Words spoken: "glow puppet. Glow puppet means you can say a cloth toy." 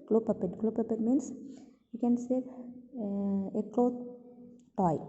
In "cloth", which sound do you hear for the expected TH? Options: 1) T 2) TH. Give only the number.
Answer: 1